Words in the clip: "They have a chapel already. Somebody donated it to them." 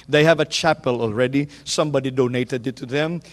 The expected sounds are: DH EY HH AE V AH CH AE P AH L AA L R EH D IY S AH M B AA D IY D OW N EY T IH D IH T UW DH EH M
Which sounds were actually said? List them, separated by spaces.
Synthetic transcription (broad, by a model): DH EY HH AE V AH CH AE P AH L AA L R EH D IY S AH M B AA D IY D OW N EY T IH D IH T UW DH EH M